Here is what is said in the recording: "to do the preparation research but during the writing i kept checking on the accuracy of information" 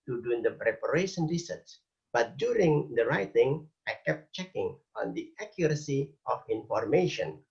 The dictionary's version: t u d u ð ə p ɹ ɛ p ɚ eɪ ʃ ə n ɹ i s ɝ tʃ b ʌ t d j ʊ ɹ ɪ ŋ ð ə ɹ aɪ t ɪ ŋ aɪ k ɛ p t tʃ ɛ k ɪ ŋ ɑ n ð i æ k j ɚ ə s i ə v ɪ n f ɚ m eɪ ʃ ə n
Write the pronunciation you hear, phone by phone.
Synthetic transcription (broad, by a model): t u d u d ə p ɹ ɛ p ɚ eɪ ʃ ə n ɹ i s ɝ s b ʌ t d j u ɹ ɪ ŋ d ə ɹ aɪ t ɪ ŋ aɪ k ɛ p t tʃ ɛ k ɪ ŋ ɑ n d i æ k j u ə s i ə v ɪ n f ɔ m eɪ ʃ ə n